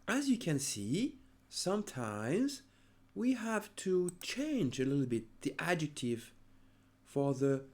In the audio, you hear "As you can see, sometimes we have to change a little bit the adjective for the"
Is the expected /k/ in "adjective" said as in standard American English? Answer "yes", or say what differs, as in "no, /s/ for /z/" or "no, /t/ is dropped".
yes